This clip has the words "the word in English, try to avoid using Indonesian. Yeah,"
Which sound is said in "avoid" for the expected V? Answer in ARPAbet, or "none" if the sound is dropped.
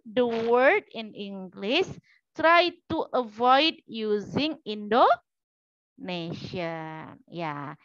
V